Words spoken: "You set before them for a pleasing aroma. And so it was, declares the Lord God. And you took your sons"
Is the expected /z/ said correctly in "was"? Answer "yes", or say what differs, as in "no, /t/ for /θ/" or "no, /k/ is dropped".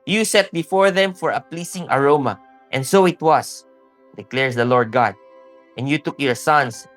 no, /s/ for /z/